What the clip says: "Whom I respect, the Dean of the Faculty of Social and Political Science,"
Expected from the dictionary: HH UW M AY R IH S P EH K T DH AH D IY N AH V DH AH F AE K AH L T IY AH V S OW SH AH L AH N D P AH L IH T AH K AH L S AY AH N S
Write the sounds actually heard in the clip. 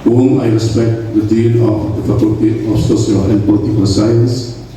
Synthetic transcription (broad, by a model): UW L AY R IH S P EH K T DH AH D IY L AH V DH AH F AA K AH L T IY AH F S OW S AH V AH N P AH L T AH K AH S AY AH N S